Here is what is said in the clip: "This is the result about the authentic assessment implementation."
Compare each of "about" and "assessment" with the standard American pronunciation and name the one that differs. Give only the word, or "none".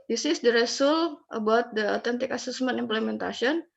assessment